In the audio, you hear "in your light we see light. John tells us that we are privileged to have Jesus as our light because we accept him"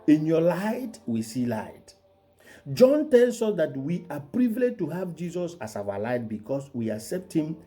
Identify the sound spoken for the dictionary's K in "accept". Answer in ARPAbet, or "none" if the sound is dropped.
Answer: K